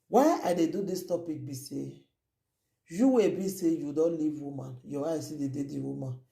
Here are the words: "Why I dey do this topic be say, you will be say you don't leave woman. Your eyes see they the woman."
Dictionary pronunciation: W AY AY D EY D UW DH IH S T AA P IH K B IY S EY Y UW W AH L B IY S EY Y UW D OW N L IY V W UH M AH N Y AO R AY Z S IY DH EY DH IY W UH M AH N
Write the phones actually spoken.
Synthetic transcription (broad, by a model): W AY AY D EY D UW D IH S T AA P IH K B IY S EY Y UW W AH B IY S EY Y UW D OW N L IY V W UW M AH N Y AO W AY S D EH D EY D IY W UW M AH N